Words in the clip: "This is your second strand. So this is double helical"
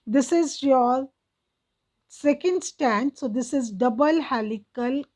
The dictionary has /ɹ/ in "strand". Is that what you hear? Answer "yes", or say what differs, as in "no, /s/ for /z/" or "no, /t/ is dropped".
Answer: no, /ɹ/ is dropped